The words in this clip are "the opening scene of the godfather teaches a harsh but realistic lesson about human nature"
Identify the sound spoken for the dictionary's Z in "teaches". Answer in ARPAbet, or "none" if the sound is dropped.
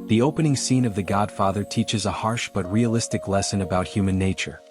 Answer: Z